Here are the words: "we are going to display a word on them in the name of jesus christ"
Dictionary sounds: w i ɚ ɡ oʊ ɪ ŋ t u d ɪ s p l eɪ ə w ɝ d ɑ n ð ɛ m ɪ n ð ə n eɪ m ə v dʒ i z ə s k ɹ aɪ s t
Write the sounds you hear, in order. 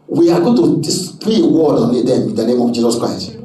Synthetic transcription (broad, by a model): w i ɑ ɡ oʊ t u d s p eɪ ə w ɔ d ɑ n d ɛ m ɪ n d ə n eɪ m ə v dʒ i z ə s k ɹ aɪ s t